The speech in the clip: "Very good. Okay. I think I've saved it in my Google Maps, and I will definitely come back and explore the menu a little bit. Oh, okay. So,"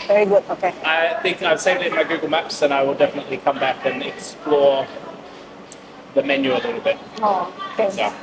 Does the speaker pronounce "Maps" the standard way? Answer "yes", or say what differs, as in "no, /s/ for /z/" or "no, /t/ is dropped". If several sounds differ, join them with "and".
yes